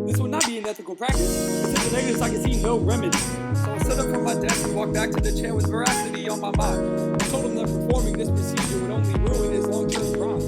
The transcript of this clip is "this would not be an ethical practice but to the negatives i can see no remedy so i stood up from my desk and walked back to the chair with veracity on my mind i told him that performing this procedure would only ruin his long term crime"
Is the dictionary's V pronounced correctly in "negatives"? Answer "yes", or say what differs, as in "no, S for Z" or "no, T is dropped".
no, V is dropped